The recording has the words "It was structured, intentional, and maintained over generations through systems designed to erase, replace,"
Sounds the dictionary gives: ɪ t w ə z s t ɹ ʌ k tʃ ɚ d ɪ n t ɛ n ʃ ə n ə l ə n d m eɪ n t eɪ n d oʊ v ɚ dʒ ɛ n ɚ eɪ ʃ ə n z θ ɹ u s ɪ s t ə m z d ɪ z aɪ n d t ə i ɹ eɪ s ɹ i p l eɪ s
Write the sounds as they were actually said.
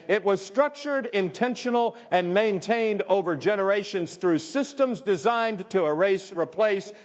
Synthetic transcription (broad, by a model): ɪ t w ə z s t ɹ ʌ k tʃ ɚ d ɪ n t ɛ n ʃ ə n l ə n m eɪ n t eɪ n d oʊ v ɚ dʒ ɛ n ɚ eɪ ʃ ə n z θ ɹ u s ɪ s t ə m z d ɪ z aɪ n t ə ɹ eɪ s ɹ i p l eɪ s